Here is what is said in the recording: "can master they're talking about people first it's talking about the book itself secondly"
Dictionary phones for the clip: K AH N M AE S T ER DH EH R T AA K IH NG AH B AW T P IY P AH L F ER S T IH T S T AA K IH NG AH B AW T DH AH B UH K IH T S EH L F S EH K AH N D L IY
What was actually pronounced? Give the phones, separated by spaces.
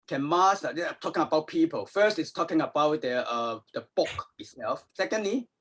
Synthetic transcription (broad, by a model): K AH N M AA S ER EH T AA K IH NG AH B AW T P IY P AH L F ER S T IH T S T AA K IH NG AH B AW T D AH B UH K IH T S EH L F S EH K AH N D L IY